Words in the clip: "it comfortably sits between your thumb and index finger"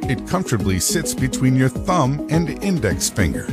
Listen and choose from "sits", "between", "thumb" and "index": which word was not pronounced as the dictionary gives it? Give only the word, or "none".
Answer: none